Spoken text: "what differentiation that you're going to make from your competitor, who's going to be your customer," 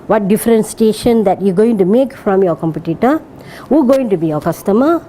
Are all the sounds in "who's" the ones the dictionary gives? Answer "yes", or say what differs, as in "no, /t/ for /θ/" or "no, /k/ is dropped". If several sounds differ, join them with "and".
no, /z/ is dropped